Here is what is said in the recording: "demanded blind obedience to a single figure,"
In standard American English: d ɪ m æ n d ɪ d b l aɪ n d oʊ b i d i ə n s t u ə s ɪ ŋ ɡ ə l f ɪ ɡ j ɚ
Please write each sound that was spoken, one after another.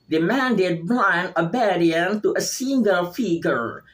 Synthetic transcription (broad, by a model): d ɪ m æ n d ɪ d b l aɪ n oʊ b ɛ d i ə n t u ə s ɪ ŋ ɡ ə l f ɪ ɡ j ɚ